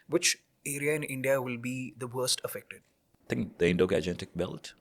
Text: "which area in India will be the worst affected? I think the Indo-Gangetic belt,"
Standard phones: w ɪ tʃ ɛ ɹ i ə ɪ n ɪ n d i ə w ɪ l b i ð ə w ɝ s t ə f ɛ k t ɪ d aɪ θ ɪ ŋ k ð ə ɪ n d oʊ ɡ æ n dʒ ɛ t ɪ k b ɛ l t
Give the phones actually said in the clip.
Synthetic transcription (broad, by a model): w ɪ tʃ ɛ ɹ i ə ɪ n ɪ n d i ə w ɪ l b i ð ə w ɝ s t ə f ɛ k t ɪ d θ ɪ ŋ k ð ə ɪ n d oʊ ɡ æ dʒ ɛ t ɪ k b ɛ l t